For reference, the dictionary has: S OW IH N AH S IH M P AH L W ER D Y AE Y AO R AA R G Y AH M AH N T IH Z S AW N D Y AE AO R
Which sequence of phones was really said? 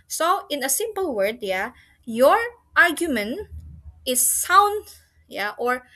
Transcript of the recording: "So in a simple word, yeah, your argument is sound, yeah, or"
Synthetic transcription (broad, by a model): S OW IH N AH S IH M P AH L W ER D Y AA Y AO R AA R G Y AH M AH N T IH S AW N D Y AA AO R